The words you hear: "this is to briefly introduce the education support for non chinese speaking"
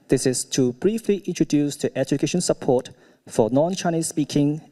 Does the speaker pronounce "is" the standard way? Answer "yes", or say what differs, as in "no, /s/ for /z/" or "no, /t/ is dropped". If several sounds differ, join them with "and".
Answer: no, /s/ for /z/